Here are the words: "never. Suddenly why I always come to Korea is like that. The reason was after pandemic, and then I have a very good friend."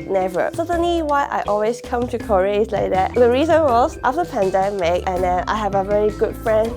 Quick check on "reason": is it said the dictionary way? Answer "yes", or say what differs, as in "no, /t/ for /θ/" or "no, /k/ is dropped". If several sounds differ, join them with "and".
yes